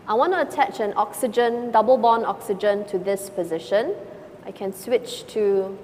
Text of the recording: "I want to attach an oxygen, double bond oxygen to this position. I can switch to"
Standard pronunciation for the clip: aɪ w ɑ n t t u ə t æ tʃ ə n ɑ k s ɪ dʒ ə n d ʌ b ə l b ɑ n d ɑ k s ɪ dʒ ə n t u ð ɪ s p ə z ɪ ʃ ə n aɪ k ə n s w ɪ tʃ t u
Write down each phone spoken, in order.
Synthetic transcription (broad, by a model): aɪ w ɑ n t t u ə t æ tʃ ə n ɑ k s ɪ dʒ ə n d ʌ b ə l b ɑ n ɑ k s ɪ dʒ ə n t u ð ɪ s p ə z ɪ ʃ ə n aɪ k ə n s w ɪ tʃ t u